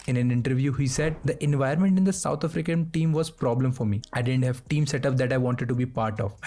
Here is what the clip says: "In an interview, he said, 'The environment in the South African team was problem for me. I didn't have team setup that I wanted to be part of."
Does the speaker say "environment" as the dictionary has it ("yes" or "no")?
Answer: no